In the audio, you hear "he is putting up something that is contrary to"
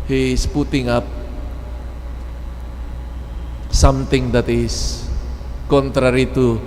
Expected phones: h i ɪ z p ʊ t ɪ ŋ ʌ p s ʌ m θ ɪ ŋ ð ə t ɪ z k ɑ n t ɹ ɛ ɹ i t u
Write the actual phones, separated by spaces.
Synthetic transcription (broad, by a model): h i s p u t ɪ ŋ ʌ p s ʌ m t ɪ ŋ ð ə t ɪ s k ɑ n t ɹ ɛ ɹ i t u